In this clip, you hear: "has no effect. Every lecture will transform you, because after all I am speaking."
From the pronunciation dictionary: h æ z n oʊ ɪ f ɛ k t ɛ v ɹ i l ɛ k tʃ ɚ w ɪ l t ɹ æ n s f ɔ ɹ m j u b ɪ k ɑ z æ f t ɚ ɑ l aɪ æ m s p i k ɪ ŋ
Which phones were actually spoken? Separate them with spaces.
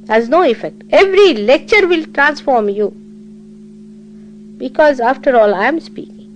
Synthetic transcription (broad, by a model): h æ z n oʊ ɪ f ɛ k t ɛ v ɹ i l ɛ k tʃ ɚ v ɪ l t ɹ æ n s f ɔ ɹ m j u b ɪ k ɑ z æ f t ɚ ɑ l aɪ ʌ m s p i k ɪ ŋ